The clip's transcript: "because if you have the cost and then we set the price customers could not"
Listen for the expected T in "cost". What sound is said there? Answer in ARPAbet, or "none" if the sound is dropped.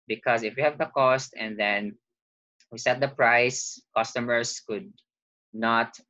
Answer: T